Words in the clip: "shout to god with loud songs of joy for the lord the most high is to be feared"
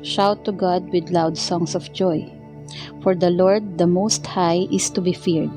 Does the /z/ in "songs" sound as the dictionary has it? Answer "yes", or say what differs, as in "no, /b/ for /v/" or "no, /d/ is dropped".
no, /s/ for /z/